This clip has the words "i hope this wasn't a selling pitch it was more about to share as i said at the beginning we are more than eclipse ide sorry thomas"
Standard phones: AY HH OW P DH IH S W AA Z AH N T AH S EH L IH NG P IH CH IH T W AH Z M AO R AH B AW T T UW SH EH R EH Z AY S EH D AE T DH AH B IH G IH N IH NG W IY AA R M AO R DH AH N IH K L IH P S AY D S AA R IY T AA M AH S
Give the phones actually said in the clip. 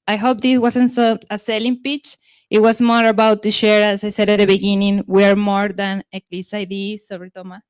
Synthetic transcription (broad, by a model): AY HH OW P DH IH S W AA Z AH N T AH S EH L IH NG P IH CH IH T W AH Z M AO R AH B AW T T UW SH EH R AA S AY S EH D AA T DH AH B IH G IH N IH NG W IY AA R M AO R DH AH N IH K L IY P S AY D S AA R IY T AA M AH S